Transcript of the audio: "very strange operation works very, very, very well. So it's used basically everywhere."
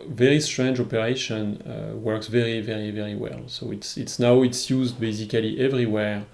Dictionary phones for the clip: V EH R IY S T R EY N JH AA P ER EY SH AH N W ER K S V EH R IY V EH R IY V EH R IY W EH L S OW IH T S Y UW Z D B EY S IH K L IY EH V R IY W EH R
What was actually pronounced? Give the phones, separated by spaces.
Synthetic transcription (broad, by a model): V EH R IY S T R EY N JH AA P ER EY SH AH N W ER K S V EH R IY V EH R IY V EH R IY W EH L S OW IH T S Y UW Z D B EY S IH K L IY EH V R IY W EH R